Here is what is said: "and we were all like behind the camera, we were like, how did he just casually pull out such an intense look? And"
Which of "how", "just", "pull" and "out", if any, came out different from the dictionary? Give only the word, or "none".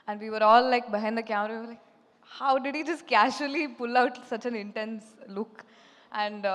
none